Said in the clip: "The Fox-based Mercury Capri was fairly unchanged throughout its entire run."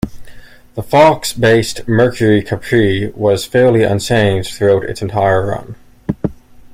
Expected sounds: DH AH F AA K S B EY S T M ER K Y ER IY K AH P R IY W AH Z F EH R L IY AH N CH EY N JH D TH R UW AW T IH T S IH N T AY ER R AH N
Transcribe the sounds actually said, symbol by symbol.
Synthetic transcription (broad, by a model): DH AH F AA K S B EY S T M ER K Y ER IY K AH P R IY W AH Z F EH R L IY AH N S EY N TH R UW AW T IH T S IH N T AY ER R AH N